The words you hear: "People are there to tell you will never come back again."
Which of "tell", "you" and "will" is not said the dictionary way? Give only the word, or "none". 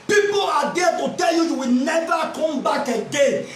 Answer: will